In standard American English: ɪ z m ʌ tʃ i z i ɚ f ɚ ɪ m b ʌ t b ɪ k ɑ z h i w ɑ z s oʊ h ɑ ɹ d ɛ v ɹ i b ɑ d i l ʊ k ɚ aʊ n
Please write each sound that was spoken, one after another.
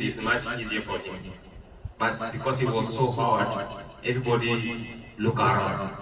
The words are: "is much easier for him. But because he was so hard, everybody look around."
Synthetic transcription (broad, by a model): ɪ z m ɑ tʃ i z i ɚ f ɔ ɪ m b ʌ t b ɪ k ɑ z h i w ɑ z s oʊ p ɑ w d ɛ v ɹ i b ɑ d i l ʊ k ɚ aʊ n